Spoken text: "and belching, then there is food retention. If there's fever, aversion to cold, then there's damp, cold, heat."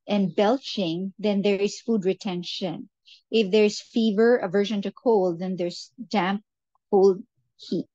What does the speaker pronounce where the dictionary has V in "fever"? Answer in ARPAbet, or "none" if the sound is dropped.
V